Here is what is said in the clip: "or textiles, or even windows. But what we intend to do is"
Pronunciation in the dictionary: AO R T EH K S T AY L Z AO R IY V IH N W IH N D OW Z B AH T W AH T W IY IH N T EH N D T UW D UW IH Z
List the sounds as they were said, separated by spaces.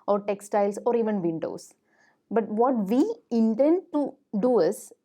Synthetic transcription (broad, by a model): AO R T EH K S T AY L S AO R IY V IH N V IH N D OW S B AH T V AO T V IY IH N T EH N D T UW D UW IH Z